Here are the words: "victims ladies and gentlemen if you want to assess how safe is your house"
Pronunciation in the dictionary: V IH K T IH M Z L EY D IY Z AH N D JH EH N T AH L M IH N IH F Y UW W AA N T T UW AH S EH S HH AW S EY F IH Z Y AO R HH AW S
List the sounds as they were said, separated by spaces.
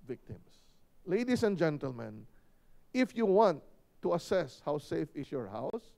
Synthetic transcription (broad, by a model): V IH K T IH M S L EY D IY S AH N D JH EH N T AH L M IH N IH F Y UW W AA N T T UW AH S EH S HH AW S EY F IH S Y AO R HH AW S